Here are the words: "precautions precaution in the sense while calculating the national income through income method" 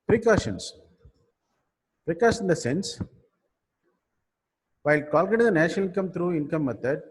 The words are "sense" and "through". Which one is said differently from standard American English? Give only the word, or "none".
through